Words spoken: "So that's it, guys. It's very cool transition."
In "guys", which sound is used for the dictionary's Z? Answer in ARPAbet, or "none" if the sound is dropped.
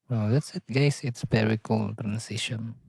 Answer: S